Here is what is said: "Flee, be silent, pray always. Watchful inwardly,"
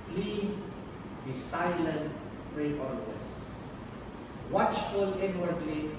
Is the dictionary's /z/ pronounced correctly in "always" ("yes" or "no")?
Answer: no